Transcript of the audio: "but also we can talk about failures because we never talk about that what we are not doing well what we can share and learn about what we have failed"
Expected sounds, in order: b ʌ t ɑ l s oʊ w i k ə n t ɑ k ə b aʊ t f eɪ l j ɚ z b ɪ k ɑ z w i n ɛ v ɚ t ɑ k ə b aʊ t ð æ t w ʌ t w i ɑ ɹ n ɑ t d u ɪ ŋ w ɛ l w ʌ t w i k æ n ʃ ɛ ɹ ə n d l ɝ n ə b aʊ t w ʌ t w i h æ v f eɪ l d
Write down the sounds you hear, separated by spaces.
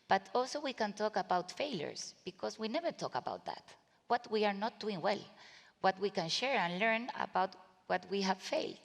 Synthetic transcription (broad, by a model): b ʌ t ɑ l s oʊ w i k ə n t ɑ k ə b aʊ t f eɪ l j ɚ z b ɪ k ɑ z w i n ɛ v ɚ t ɑ k ə b aʊ t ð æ t w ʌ t w i ɑ ɹ n ɑ t d u ɪ ŋ w ɛ l w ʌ t w i k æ n ʃ ɛ ɹ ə n l ɝ n ə b aʊ t w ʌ t w i h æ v f eɪ l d